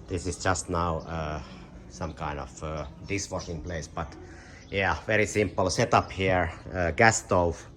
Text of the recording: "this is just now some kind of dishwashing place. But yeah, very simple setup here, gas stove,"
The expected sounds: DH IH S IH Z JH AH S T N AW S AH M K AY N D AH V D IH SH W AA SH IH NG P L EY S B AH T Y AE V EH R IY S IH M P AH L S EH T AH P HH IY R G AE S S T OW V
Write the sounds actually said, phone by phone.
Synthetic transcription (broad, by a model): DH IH S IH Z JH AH S T N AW S AH M K AY N D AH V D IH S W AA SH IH NG P L EY S B AH T Y AE V EH R IY S IH M P AH L S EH T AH P HH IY R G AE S S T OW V